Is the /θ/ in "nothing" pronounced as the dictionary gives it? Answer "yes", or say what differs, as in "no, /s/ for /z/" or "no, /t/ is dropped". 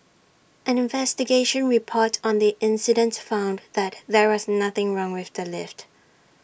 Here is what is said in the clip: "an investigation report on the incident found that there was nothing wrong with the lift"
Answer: yes